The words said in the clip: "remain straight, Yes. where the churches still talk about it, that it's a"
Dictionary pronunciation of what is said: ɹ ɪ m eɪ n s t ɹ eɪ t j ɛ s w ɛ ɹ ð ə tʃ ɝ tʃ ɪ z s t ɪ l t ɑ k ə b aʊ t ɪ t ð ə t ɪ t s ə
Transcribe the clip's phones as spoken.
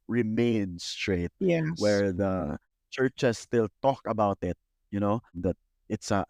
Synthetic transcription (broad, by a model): ɹ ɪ m eɪ n s t ɹ eɪ t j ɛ w ɛ ɹ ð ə tʃ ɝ tʃ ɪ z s t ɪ l t ɑ k ə b aʊ t ɪ t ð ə t ɪ t s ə